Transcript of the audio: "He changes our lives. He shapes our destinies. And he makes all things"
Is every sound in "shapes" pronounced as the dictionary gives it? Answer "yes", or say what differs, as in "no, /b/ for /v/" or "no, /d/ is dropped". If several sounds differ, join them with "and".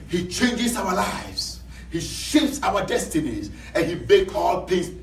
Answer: no, /p/ is dropped